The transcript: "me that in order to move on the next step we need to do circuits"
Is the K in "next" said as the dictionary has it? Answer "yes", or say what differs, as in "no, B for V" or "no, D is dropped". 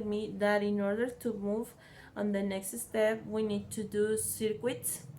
yes